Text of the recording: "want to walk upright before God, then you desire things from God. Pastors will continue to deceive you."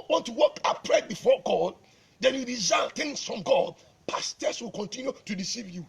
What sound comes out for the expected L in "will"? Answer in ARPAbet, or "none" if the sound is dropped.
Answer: L